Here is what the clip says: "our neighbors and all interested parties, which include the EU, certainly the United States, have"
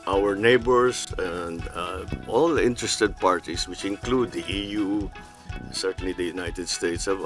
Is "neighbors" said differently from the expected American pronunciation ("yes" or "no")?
yes